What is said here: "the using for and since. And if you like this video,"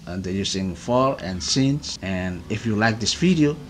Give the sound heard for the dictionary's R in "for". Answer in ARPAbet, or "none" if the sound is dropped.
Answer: L